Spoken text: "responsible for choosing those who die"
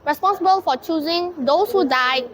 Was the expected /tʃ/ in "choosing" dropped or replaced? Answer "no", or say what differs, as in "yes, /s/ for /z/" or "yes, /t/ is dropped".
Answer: no